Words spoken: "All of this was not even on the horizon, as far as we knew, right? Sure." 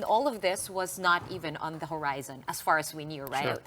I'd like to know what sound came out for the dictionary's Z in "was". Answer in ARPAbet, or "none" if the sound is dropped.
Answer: Z